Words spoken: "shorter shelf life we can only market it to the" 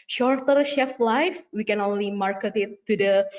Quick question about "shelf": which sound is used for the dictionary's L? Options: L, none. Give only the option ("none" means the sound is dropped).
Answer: none